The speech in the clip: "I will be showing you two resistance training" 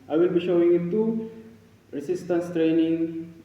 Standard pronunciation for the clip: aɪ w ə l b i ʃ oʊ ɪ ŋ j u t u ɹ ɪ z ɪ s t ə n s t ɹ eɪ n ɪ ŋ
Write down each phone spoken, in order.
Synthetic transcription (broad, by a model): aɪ w ə l b i ʃ oʊ ɪ ŋ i t u ɹ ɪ s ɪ s t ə n s t ɹ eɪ n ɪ ŋ